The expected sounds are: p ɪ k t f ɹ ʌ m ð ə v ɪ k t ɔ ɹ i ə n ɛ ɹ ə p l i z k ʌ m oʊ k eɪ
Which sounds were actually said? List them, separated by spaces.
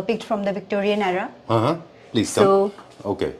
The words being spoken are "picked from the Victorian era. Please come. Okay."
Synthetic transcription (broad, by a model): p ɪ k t f ɹ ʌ m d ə v ɪ k t ɔ ɹ i ə n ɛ ɹ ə p l i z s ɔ oʊ k eɪ